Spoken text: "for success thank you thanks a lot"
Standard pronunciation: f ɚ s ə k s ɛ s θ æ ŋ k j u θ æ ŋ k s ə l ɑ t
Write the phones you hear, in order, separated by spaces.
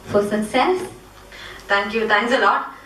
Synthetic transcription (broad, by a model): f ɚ s ə k s ɛ s t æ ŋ k j u t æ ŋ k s ə l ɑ t